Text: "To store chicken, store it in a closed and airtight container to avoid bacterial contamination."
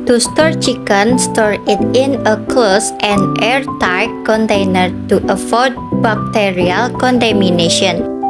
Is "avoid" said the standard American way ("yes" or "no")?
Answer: no